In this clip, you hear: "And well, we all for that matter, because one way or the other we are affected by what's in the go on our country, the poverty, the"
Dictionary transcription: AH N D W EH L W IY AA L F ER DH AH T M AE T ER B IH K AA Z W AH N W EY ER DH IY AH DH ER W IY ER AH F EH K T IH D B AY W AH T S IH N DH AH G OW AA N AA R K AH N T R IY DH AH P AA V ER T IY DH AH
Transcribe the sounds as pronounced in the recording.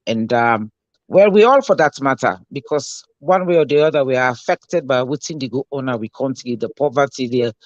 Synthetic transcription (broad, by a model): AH N D W EH L W IY AA L F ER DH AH T M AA T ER B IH K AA S W AH N W EY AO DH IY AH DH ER W IY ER AH F EH K T IH D B AY W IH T IH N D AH G OW AA N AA W K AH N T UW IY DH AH P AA V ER T IY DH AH